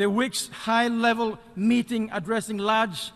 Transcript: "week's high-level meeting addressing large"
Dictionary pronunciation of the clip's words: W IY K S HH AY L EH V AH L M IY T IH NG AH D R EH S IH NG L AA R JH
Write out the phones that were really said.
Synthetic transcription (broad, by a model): W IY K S HH AY L EH V AH L M IY T IH NG AH D R EH S IH NG L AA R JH